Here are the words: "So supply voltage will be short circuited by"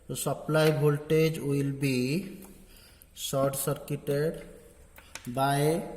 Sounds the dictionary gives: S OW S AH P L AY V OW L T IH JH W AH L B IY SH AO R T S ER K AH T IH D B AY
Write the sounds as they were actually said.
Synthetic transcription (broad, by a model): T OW S AH P L AY B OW L T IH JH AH L B IY S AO R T S ER K AH T IH D B AY